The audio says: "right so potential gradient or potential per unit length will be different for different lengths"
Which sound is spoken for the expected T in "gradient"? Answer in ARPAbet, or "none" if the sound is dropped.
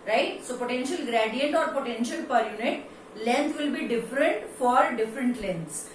T